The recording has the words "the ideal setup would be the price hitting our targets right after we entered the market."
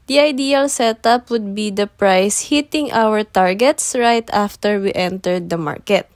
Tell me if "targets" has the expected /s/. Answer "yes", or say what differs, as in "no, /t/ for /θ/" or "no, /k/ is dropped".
yes